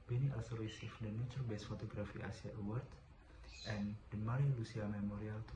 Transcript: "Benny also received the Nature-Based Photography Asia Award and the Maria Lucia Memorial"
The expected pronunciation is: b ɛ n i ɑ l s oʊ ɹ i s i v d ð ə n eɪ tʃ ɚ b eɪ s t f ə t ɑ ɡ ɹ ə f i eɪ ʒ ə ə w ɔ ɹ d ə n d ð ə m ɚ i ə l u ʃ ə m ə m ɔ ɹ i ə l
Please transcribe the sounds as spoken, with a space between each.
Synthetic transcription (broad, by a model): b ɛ n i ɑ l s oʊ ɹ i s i f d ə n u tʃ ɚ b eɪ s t f ə t ɑ ɡ ɹ ə f i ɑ s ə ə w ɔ ɹ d ə n d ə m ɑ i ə l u s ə m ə m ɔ ɹ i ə l